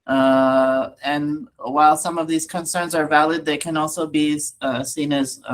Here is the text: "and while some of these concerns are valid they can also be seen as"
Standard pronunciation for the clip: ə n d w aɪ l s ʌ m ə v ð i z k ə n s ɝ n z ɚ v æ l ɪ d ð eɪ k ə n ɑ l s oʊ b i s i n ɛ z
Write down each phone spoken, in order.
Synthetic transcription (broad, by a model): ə n w aɪ l s ʌ m ə v ð i z k ə n s ɝ n z ɚ v æ l ɪ d ð eɪ k ə n ɑ l s oʊ b i s i n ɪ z